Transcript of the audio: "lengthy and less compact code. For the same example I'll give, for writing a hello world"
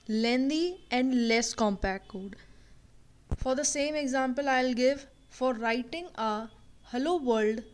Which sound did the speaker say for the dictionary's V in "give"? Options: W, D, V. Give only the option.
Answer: V